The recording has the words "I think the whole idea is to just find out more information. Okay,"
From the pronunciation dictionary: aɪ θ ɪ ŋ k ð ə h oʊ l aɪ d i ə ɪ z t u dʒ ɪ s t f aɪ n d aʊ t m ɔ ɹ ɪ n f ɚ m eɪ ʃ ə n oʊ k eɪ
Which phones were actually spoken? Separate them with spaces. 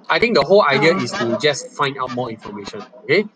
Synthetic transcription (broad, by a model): aɪ t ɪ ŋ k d ə h oʊ l aɪ d i ə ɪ s t u dʒ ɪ s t f aɪ n d aʊ t m ɔ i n f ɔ m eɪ ʃ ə n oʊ k eɪ